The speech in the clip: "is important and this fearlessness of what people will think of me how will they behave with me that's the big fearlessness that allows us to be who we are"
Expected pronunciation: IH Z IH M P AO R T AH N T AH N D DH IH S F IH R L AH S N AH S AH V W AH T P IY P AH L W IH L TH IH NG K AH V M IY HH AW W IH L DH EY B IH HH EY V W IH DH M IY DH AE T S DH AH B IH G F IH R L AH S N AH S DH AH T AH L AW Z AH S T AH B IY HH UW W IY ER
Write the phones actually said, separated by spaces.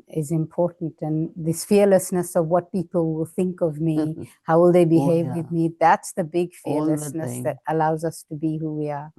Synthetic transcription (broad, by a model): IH Z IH M P AO R T N T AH N DH IH S F IH R L AH S N AH S AH V W AH T P IY P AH L W IH L TH IH NG K AH V M IY HH AW W IH L DH EY B IH HH EY V W IH DH M IY DH AE T S DH AH B IH G F IH R L AH S N AH S DH AH T AH L AW Z AH S T AH B IY HH UW W IY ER